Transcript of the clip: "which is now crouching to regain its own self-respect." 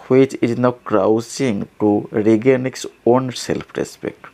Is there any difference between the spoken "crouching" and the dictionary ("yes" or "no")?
yes